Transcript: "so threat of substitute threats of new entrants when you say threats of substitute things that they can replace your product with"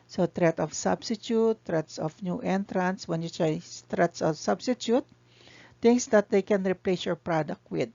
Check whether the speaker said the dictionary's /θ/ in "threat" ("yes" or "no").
no